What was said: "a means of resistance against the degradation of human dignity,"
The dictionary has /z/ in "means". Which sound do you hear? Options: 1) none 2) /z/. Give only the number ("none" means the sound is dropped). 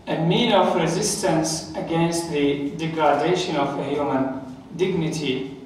1